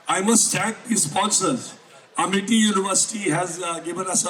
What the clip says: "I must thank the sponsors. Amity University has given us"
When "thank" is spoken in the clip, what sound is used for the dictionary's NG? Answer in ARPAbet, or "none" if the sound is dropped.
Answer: none